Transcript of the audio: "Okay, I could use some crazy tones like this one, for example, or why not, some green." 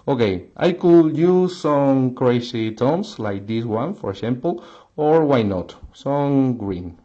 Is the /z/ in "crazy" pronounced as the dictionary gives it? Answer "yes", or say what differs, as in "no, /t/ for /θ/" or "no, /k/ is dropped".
no, /s/ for /z/